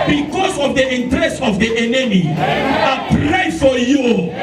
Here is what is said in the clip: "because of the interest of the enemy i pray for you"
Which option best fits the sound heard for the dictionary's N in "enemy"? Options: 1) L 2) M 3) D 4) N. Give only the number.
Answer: 4